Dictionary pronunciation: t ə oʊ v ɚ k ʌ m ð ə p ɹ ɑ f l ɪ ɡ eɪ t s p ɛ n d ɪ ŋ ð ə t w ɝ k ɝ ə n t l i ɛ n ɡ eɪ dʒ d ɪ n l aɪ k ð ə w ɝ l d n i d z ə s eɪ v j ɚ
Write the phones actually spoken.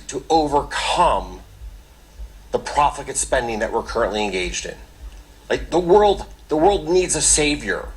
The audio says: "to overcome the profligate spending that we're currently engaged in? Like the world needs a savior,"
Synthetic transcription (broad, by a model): t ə oʊ v ɚ k ʌ m ð ə p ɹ ɑ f ɪ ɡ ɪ t s p ɛ n d ɪ ŋ ð ə t w ɝ k ɝ ə n t l i ɛ n ɡ eɪ dʒ d ɪ n l aɪ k ð ə w ɝ l d n i d z ə s eɪ v j ɚ